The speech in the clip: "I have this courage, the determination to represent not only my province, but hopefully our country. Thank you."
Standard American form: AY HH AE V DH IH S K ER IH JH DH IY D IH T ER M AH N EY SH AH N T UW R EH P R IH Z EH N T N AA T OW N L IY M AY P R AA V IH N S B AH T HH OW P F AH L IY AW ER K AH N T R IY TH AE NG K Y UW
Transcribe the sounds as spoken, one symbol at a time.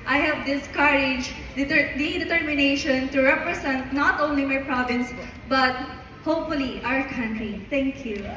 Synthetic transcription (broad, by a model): AY HH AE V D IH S K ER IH JH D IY D IH T ER M AH N EY SH AH N T UW R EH P R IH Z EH N T N AA T OW N L IY M AY P R AA V IH N S B AH T HH OW P F AH L IY AW ER K AH N T R IY T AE NG K Y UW